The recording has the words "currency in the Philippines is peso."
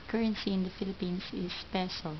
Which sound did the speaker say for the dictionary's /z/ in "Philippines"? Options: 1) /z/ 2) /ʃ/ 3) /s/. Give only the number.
3